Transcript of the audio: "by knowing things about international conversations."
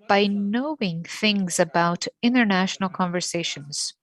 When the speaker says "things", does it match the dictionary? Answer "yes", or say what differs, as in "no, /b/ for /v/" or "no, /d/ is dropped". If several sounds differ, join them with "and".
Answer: yes